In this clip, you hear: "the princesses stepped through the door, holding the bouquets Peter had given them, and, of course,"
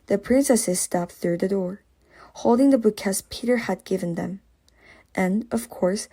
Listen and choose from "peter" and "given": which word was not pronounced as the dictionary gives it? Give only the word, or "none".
none